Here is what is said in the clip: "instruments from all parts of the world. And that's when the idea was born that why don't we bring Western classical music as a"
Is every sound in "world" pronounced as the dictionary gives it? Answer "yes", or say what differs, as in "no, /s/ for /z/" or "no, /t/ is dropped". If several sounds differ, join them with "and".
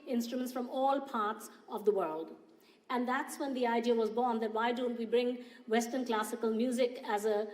yes